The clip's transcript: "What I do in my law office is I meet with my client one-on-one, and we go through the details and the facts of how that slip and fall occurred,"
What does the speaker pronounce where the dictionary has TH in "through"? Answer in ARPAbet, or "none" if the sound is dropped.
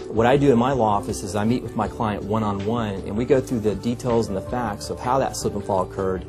TH